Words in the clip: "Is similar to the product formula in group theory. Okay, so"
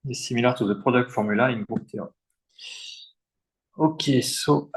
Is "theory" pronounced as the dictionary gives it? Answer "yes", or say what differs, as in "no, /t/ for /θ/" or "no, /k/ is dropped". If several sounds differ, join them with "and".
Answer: no, /t/ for /θ/ and /ɹ/ is dropped